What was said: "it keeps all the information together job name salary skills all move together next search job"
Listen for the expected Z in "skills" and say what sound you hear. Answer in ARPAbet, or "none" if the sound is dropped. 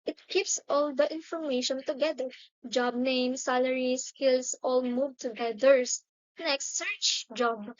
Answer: S